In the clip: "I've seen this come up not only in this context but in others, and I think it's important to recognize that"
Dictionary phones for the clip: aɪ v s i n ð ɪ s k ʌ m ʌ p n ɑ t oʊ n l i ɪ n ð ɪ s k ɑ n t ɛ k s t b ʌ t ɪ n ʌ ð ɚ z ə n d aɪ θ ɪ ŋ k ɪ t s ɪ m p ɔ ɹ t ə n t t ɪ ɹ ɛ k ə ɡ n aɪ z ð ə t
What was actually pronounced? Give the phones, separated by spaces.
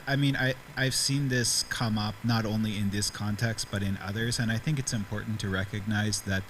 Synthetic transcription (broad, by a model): aɪ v s i n ð ɪ s k ʌ m ʌ p n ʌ t oʊ n l i ɪ n ð ɪ s k ɑ n t ɛ k s t b ʌ t ɪ n ʌ ð ɚ z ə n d aɪ θ ɪ ŋ k ɪ t s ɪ m p ɔ ɹ t n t t ɪ ɹ ɛ k ə ɡ n aɪ z ð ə t